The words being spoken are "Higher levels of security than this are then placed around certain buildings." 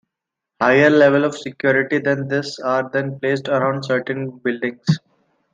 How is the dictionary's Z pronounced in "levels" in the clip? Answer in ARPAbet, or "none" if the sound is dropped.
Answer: none